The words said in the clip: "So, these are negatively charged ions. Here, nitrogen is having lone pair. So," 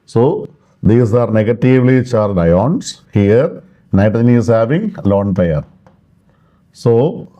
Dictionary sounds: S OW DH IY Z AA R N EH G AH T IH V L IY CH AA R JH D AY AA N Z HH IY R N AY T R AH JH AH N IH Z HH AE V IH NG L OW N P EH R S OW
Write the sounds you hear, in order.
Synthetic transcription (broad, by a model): S OW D IY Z AA R N EH G AH T IH V L IY CH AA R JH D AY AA N S HH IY R N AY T AH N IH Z HH AE V IH NG L OW N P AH R S OW